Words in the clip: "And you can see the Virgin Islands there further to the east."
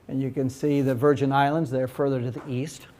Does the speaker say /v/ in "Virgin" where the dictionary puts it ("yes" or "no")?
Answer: yes